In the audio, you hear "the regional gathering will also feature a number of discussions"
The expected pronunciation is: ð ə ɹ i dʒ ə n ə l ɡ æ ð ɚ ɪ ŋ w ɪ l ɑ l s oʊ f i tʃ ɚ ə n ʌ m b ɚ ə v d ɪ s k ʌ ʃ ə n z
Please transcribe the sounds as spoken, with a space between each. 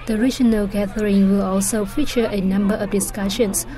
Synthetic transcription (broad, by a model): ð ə ɹ i dʒ ə n ə l ɡ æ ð ɚ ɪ ŋ w ɪ l ɑ l s oʊ f i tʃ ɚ ə n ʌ m b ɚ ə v d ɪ s k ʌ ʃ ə n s